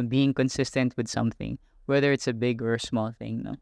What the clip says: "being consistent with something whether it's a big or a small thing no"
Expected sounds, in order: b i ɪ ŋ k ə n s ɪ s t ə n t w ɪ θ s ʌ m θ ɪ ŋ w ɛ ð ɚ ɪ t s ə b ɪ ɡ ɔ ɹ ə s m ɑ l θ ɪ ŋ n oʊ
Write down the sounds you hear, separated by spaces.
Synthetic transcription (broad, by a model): b i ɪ ŋ k ə n s ɪ s t ə n t w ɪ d s ʌ m θ ɪ ŋ w ɛ ð ɚ ɪ t s ə b ɪ ɡ ɔ ɹ s m ɑ l θ ɪ ŋ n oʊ